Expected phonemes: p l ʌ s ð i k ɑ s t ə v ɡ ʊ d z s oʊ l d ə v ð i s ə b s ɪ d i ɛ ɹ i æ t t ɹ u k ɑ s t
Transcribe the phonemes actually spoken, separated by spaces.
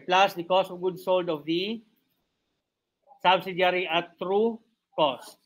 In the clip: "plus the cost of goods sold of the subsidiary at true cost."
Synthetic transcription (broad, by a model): p l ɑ s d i k ɑ s t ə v ɡ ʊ d s oʊ l d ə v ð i s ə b s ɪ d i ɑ ɹ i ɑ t t ɹ u k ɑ s t